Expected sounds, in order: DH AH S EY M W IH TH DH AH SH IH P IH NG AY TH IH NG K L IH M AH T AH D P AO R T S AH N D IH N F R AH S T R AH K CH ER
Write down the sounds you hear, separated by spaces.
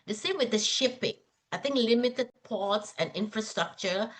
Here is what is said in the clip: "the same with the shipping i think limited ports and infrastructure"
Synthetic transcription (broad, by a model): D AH S EY M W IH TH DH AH SH IH P IH NG AY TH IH NG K L IH M AH T AH D P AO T S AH N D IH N F R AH S T R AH K CH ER